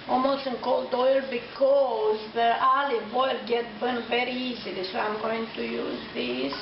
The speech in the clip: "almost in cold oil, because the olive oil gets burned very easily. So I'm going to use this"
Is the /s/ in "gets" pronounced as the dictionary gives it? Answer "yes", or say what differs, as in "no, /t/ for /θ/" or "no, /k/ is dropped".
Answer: no, /s/ is dropped